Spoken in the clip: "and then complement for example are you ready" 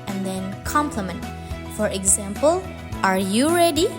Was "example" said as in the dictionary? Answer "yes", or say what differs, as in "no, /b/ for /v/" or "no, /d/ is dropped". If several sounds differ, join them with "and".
yes